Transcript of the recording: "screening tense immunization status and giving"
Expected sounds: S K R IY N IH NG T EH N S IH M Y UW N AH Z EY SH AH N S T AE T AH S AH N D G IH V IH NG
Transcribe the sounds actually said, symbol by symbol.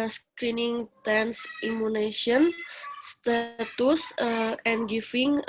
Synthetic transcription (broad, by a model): S K R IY N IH NG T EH N S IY M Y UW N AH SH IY AH N S T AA T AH S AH N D G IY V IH NG